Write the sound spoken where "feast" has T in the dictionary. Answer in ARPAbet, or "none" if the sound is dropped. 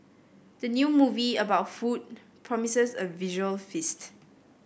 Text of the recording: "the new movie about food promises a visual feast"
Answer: T